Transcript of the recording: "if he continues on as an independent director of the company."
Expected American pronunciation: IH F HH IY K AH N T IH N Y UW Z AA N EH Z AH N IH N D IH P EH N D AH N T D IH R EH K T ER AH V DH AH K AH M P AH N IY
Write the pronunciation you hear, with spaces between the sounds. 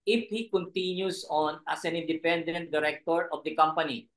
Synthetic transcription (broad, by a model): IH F HH IY K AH N T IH N Y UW S AA N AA S AH N IH N D IH P EH N D AH N T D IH R EH K T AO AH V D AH K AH M P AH N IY